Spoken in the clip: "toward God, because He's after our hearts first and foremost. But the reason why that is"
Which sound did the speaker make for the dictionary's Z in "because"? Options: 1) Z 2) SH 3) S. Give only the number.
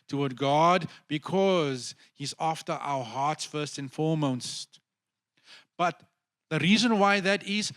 1